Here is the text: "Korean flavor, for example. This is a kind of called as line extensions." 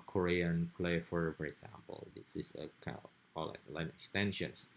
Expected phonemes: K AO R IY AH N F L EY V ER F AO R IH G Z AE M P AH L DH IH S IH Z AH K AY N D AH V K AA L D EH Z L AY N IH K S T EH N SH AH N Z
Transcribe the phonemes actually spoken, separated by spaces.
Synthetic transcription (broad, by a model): K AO R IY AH N P L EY F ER F AO R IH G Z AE M P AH L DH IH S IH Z AH K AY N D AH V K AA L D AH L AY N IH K S T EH N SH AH N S